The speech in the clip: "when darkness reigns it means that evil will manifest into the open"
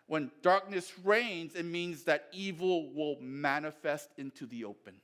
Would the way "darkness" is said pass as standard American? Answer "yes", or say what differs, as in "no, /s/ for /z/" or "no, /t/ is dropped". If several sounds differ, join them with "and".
yes